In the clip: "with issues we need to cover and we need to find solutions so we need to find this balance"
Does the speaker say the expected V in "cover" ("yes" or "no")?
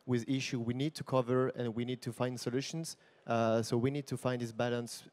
yes